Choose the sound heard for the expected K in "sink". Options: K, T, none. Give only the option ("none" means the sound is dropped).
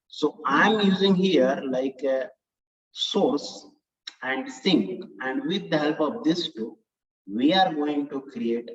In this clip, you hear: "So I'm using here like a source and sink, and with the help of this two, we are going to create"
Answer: K